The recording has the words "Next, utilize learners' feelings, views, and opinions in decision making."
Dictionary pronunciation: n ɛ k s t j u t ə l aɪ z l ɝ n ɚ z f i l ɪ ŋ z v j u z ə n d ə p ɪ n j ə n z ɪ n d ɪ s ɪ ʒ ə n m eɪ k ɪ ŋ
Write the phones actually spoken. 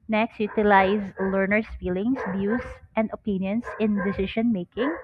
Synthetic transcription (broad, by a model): n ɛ k s t j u t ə l aɪ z l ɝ n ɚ s f i l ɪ ŋ s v j u s ə n d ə p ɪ n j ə n s ɪ n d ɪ s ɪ ʃ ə n m eɪ k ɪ ŋ